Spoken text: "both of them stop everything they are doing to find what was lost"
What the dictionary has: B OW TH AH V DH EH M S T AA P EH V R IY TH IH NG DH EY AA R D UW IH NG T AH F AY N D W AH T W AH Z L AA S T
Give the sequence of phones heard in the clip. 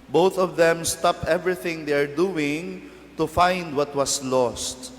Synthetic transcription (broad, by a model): B OW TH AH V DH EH M S T AA P EH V R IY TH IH NG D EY AA R D UW IH NG T AH F AY N D W AH T W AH S L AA S T